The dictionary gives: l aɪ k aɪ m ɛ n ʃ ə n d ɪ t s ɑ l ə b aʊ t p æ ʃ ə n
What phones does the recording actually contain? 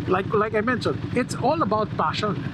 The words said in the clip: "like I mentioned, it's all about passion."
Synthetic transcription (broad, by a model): l aɪ k aɪ m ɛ n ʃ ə n ɪ t s ɑ l ə b aʊ t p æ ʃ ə n